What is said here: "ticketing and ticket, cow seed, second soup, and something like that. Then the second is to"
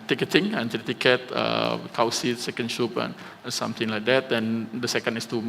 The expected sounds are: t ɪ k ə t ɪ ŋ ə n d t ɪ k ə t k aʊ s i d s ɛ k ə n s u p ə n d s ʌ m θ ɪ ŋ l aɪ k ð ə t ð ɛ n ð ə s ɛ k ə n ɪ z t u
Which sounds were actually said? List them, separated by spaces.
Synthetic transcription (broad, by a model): t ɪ k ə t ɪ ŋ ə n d t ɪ k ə t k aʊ s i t s ɛ k ə n ʃ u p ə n s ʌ m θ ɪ ŋ l aɪ k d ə t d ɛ n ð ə s ɛ k ə n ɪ s t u